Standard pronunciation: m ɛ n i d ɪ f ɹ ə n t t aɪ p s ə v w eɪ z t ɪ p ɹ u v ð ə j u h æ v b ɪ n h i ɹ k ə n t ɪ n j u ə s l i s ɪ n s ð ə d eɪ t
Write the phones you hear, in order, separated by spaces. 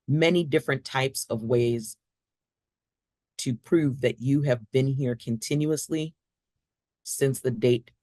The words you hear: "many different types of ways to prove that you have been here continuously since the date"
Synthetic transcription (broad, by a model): m ɛ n i d ɪ f ɹ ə n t t aɪ p s ə v w eɪ z t ɪ p ɹ u v ð ə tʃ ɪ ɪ v b ɪ n h i ɹ k ə n t ɪ n j u ə s l i s ɪ n s ð ə d eɪ t